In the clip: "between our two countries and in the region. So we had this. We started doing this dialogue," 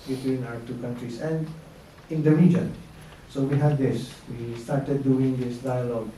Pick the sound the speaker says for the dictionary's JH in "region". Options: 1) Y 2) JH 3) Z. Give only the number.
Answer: 2